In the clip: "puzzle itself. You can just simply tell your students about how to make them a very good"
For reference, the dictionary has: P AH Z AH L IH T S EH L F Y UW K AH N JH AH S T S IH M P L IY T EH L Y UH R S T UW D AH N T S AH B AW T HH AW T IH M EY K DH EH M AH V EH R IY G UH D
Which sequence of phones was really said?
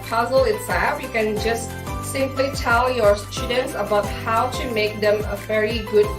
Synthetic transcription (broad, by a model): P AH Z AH L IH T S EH F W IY K AH N JH AH S T S IH M P L IY T EH L Y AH R S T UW D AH N T S AH B AW T HH AW T IH M EY K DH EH M AH V EH R IY G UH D